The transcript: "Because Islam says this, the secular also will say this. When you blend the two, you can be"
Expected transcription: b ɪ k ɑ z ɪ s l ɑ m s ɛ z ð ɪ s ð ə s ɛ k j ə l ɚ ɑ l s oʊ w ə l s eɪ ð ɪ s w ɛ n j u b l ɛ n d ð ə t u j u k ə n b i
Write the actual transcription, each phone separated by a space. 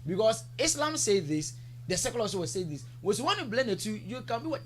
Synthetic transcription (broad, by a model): b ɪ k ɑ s ɪ s l ɑ m s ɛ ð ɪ s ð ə s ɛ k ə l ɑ s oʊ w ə s eɪ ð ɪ s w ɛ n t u b l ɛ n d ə t u j u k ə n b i